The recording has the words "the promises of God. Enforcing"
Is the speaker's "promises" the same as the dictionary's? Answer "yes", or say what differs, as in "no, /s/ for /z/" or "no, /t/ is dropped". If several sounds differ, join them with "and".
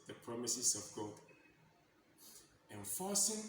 no, /s/ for /z/